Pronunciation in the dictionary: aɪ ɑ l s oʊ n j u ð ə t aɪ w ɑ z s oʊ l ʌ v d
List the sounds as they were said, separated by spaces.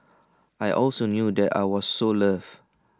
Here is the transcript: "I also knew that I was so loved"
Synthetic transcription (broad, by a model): aɪ ɑ l s oʊ n j u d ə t aɪ w ɑ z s oʊ l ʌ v